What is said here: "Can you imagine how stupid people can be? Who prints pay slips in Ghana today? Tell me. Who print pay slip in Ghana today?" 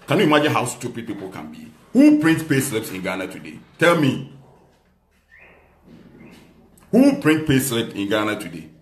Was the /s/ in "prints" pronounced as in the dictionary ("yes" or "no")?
no